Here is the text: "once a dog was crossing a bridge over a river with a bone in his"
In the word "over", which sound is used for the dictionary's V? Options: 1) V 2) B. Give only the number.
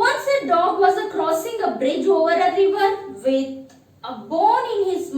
1